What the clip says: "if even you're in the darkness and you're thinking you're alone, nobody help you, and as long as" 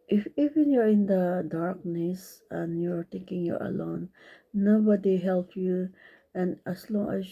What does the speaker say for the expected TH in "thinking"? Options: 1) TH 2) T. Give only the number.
2